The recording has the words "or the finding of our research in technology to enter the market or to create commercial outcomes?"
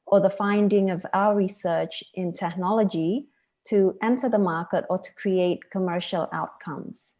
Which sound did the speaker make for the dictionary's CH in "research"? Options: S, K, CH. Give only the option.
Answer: CH